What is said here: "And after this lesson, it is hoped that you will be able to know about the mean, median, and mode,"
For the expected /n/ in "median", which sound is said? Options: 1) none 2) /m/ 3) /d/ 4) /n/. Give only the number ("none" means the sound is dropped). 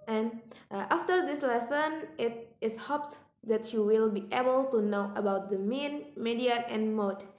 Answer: 1